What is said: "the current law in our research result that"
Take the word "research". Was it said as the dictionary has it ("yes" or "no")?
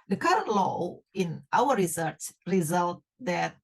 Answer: no